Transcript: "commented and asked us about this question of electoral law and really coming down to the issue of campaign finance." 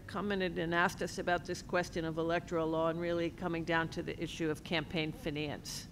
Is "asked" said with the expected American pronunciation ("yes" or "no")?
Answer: yes